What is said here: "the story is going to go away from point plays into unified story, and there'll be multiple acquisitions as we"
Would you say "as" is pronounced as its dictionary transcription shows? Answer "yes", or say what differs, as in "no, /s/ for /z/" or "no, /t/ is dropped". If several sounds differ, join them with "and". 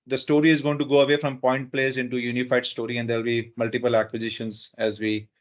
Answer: yes